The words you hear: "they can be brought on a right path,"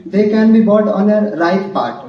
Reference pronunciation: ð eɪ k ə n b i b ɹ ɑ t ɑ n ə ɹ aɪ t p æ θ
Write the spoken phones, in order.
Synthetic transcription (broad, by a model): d eɪ k ə n b i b ɑ t ɑ n ə ɹ aɪ t p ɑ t